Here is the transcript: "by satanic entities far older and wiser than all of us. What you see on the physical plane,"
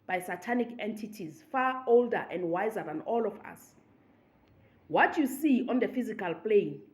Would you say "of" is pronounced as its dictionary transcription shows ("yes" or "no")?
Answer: no